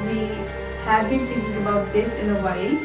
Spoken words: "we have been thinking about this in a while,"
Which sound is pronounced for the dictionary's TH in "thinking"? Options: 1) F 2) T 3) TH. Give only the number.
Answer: 2